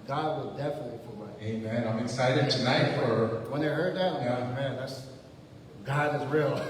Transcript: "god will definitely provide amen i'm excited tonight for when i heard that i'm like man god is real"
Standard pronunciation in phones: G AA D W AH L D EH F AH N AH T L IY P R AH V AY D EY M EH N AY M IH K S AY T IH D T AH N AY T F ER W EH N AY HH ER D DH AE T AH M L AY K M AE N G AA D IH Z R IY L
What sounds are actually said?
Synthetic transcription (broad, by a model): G AA D W AH L D EH F AH N AH T L IY F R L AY EY M EH N AY M IH K S AY T IH D T AH N AY T F ER W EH N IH HH ER D DH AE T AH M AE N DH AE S G AA D IH Z R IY L